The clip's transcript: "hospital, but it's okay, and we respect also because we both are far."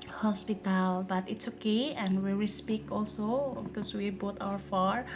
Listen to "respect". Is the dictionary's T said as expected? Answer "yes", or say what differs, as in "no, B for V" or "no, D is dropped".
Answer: no, T is dropped